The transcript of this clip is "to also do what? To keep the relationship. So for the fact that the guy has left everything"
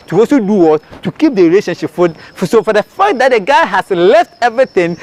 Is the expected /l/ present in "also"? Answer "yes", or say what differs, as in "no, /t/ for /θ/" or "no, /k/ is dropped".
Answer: no, /l/ is dropped